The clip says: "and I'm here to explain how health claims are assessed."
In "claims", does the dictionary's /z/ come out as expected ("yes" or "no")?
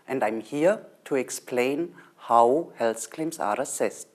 no